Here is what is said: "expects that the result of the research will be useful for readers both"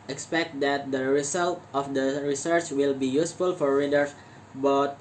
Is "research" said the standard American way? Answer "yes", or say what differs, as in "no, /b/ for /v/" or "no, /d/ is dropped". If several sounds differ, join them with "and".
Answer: yes